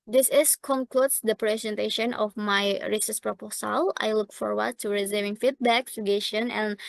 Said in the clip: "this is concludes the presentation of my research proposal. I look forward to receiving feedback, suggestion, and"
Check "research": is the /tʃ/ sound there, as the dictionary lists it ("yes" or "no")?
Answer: no